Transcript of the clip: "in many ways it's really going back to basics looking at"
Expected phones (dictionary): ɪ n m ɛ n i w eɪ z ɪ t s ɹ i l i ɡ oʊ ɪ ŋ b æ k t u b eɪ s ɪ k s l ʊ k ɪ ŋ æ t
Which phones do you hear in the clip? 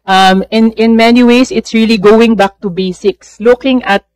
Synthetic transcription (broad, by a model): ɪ n m ɛ n i w eɪ s ɪ t s ɹ i l i ɡ oʊ ɪ ŋ b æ k t u b eɪ s ɪ k s l ʊ k ɪ ŋ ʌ t